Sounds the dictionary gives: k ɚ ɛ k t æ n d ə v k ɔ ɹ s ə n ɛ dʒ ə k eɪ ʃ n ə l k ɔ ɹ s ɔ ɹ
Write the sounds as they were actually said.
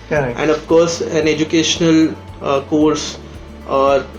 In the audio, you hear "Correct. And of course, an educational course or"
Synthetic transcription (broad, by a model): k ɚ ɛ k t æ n d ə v k ɔ ɹ s ə n ɛ dʒ ə k eɪ ʃ n ə l k ɔ ɹ s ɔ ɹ